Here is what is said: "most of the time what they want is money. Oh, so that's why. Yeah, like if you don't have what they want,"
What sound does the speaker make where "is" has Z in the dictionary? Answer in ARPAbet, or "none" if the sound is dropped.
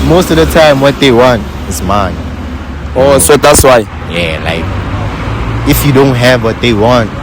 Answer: S